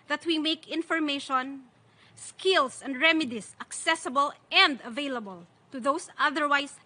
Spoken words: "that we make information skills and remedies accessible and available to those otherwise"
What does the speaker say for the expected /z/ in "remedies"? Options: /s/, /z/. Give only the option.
/s/